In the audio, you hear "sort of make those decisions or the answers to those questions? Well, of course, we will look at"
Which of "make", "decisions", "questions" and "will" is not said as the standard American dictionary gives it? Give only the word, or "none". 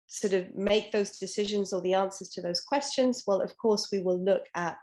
none